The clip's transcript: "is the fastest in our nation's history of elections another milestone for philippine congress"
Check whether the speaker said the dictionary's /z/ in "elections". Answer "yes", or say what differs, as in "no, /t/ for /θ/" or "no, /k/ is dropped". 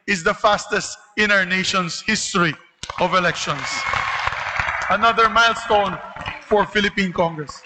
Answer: no, /s/ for /z/